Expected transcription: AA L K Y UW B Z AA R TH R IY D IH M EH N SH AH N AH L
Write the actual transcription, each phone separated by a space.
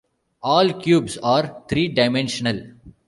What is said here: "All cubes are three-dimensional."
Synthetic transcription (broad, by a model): AA L K Y UW B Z AA R T R IY D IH M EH N SH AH N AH L